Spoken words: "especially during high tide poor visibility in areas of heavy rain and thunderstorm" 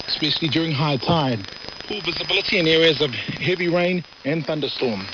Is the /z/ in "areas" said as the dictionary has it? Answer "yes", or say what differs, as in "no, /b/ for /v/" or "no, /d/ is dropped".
yes